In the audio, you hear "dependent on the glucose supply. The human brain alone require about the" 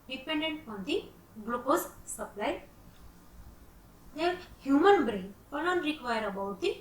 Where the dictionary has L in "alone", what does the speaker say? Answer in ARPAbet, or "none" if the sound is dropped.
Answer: N